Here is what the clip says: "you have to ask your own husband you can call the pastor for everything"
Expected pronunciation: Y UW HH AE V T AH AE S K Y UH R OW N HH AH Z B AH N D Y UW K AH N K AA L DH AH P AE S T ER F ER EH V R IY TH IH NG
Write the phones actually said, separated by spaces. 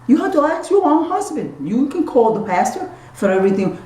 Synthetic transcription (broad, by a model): Y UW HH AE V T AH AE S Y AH R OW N HH AH Z B AH N D Y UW K AH N K AA L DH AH P AE S T ER F ER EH V R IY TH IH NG